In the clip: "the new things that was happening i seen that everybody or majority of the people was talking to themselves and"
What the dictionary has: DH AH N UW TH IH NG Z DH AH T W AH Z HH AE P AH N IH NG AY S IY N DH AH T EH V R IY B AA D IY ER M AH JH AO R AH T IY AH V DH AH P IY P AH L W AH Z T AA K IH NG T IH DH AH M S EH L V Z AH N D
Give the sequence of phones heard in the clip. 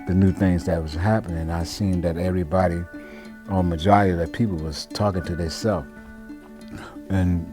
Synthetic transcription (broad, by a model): DH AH N UW TH IH NG Z DH AH T W AH Z HH AE P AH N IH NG AY S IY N DH AH T EH V R IY B AA D IY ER M AH JH AO R AH T IY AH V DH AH P IY P L W AH Z T AA K IH NG T IH DH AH S EH L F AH N